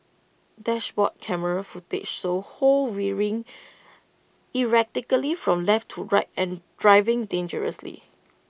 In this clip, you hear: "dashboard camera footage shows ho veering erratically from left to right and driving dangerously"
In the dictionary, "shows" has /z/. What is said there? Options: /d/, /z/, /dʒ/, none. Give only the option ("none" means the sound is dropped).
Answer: none